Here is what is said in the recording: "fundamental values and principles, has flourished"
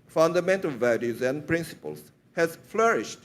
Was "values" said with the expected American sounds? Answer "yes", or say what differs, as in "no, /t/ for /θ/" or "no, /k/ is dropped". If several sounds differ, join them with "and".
yes